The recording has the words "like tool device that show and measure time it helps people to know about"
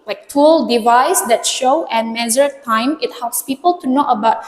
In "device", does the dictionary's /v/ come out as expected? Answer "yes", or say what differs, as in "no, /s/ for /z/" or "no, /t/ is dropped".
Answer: yes